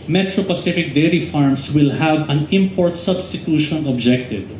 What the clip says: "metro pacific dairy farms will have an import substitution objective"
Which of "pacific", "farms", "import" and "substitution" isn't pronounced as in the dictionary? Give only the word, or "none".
farms